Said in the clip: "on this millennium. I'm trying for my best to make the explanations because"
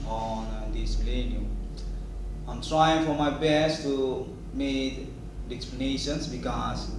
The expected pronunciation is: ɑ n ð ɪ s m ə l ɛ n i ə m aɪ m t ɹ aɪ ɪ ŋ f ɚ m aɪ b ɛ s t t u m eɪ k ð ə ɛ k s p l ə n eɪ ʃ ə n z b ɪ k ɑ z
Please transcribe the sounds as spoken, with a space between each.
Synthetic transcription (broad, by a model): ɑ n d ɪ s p l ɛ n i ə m aɪ m t ɹ aɪ ɪ ŋ f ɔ m aɪ b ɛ s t t u m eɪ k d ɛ k s p l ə n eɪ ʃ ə n s b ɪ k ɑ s